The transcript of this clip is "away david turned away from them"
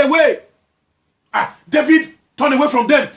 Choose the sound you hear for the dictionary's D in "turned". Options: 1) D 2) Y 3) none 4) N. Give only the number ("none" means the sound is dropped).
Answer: 3